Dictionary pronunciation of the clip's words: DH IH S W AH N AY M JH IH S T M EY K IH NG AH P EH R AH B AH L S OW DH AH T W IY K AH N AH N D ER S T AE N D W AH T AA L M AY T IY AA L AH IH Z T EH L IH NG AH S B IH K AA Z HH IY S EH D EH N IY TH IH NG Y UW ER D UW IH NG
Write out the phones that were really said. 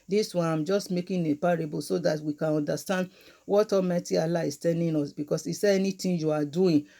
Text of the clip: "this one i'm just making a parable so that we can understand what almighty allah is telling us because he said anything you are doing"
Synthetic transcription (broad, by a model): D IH S W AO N AY M JH IH S T M EY K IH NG AH P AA R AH B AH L S OW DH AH T W IY K AH N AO N D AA S T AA N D W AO T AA M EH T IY AA L AH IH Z T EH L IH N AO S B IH K AA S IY S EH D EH N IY T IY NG Y UW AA D UW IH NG